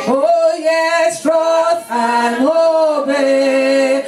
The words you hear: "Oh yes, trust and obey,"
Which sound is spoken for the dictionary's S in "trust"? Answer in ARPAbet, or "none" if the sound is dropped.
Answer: none